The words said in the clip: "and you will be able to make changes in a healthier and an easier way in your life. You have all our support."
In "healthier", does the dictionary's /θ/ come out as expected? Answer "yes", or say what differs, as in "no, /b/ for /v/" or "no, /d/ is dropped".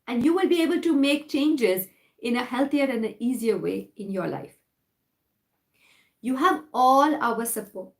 no, /t/ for /θ/